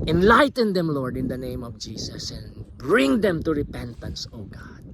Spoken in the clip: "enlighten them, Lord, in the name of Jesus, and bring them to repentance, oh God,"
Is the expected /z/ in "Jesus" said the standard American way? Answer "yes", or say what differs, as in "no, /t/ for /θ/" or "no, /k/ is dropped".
no, /s/ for /z/